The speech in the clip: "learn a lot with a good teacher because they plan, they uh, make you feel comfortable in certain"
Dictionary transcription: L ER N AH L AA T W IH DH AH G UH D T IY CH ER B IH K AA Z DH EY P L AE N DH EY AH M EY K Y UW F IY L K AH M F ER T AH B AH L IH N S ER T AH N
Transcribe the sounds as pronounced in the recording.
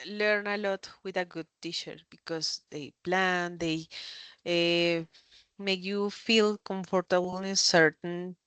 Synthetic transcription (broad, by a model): L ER N AH L AA T W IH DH AH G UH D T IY SH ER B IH K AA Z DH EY P L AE N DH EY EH M EY K Y UW F IY L K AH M F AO T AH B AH L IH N S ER T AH N